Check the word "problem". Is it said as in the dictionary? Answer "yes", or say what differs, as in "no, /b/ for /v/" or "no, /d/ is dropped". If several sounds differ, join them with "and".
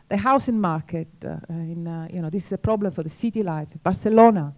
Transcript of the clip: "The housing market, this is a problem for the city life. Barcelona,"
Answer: yes